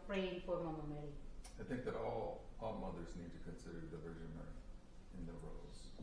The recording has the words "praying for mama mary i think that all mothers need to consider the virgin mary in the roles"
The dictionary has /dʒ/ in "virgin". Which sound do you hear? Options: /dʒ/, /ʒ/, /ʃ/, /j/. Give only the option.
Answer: /ʒ/